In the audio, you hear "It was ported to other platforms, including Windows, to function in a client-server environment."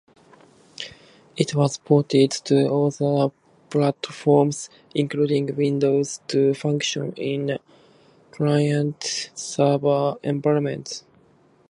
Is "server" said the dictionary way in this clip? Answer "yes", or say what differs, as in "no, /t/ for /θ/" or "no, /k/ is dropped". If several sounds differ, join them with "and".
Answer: no, /b/ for /v/